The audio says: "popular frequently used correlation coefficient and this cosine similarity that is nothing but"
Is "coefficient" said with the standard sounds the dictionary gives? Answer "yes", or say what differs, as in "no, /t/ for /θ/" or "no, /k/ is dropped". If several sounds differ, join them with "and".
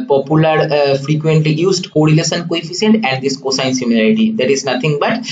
no, /s/ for /ʃ/